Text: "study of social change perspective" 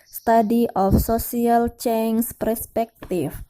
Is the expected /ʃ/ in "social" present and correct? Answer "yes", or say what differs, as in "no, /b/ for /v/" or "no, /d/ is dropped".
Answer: no, /s/ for /ʃ/